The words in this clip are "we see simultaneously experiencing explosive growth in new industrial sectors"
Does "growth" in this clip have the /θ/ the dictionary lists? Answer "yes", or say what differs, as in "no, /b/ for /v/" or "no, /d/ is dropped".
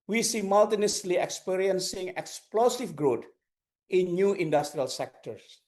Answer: no, /t/ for /θ/